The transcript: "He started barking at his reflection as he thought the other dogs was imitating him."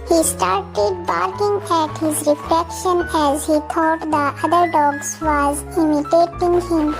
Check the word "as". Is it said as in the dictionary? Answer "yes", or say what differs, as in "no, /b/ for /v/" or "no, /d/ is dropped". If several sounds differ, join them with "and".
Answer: yes